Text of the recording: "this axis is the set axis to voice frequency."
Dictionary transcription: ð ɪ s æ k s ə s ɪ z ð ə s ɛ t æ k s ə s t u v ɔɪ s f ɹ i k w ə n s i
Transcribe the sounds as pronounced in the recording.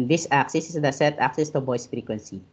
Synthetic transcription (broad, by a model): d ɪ s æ k s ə s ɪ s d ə s ɛ t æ k s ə s t u b ɔɪ s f ɹ i k w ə n s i